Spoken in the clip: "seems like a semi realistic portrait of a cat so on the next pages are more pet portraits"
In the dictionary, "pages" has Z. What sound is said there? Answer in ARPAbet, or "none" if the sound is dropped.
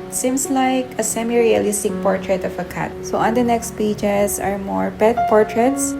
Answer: S